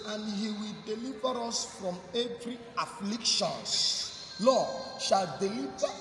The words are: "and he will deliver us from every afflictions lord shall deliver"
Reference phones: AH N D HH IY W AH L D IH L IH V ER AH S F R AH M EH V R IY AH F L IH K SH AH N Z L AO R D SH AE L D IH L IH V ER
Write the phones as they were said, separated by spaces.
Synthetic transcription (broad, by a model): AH N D HH IY W AH L D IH L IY V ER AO S F R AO M EH V R IY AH F L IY K SH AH N S L AO SH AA L D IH L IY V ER